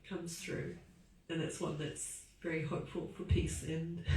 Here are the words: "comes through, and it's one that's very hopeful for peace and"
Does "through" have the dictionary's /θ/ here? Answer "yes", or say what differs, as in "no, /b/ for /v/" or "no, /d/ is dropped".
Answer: yes